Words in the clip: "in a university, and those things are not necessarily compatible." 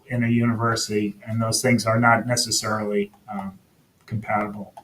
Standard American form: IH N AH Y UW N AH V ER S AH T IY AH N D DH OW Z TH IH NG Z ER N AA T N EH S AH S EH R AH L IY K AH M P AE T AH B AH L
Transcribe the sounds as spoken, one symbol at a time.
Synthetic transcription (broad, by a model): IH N AH Y UW N AH V ER S AH T IY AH N DH OW Z TH IH NG Z ER N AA T N EH S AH S EH R L IY K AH M P AE T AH B L